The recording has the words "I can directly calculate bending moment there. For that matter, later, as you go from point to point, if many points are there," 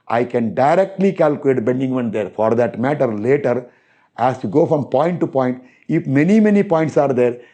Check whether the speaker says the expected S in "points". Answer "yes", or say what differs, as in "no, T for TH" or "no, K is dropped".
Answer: yes